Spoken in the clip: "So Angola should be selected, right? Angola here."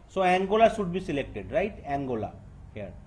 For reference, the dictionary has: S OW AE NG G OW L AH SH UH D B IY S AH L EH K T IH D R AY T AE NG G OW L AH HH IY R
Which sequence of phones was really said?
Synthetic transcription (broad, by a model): S OW AE NG G OW L AH S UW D B IY S AH L EH K T IH D R AY T AE NG G OW L AH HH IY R